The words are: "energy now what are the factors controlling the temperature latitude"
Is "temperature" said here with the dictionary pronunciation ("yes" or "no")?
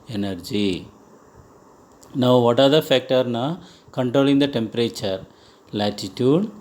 yes